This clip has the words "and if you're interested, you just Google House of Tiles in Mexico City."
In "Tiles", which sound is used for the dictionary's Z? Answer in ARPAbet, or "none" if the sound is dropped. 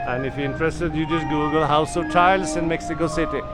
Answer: S